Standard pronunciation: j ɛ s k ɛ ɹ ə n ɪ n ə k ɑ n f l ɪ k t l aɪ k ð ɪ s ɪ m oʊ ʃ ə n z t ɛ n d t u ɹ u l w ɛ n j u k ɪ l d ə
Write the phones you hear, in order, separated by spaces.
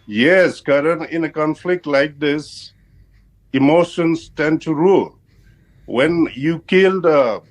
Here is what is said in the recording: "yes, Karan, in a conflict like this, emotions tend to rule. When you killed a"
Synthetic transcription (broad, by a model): j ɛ s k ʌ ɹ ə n ɪ n ə k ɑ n f l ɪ k t l aɪ k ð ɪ s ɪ m oʊ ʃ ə n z t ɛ n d t u ɹ u l w ɛ n j u k ɪ l d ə